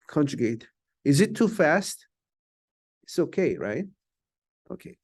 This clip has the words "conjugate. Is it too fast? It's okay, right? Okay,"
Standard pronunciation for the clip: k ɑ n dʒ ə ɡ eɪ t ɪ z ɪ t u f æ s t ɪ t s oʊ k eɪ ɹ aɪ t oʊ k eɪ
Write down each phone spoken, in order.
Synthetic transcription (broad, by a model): k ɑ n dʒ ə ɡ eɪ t ɪ z ɪ t u f æ s t ɪ t s oʊ k eɪ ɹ aɪ t oʊ k eɪ